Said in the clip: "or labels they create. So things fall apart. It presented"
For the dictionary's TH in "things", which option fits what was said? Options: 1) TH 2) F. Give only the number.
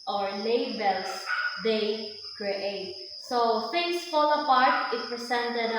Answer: 2